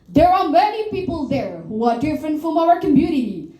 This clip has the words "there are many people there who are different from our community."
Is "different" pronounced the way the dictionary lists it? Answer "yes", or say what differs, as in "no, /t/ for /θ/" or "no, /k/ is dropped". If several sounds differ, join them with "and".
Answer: yes